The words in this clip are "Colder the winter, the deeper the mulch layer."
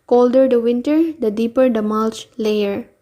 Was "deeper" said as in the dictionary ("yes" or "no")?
yes